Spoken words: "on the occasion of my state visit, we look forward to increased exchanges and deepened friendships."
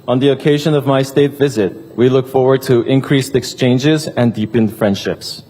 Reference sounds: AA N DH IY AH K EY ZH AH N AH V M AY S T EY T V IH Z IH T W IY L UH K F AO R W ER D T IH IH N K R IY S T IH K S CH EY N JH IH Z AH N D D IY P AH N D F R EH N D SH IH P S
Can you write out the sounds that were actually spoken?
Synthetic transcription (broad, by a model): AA N DH IY AH K EY ZH AH N AH V M AY S T EY T V IH Z IH T W IY L UH K F AO R W ER D T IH IH N K R IY S T IH K S CH EY N JH IH Z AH N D D IY P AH N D F R EH N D SH IH P S